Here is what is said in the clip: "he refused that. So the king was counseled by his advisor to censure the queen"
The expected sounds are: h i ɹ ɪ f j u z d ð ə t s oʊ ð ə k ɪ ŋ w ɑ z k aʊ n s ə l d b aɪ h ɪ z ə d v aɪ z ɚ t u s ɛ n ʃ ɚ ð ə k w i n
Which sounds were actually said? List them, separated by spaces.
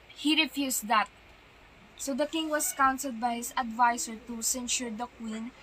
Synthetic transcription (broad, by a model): h i ɹ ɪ f j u s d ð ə t s oʊ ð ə k ɪ ŋ w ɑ s k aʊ n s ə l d b aɪ h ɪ s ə d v aɪ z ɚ t u s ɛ n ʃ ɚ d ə k w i n